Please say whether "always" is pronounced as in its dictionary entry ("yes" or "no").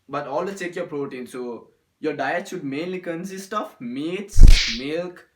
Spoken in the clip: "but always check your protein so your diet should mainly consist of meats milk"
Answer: no